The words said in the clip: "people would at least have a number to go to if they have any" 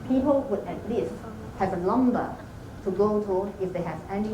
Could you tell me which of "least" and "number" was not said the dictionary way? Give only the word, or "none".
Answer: number